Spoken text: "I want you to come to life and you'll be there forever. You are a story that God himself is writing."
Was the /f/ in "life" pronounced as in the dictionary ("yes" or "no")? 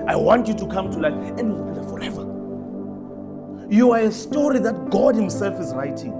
no